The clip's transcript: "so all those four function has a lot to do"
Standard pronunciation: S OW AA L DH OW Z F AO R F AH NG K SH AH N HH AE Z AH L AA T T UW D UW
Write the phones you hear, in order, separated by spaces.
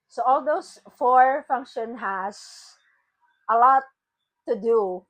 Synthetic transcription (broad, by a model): S OW AA L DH OW S F AO R F AH NG K SH AH N HH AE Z AH L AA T T UW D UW